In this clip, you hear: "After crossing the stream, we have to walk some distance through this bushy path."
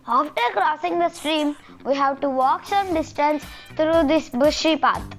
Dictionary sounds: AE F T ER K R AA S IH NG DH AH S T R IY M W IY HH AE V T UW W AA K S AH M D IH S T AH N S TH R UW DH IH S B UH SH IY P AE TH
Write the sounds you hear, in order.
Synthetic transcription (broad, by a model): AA F T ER K R AA S IH NG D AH S T R IY M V IY HH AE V T UW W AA K S AH M D IH S T AH N S T R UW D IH S B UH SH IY P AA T